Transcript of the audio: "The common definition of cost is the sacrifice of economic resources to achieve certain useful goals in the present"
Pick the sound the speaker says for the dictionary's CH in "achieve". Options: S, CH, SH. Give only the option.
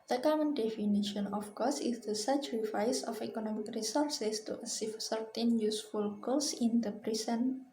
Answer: S